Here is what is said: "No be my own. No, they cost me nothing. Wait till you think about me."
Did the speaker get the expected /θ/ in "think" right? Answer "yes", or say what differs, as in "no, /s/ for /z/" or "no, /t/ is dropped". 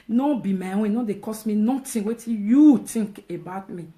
no, /t/ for /θ/